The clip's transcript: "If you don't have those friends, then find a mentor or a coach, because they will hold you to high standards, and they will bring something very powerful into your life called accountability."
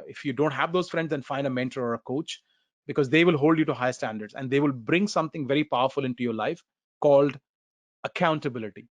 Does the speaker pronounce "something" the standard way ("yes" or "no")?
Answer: no